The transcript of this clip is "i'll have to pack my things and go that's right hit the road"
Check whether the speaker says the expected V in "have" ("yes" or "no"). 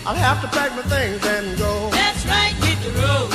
no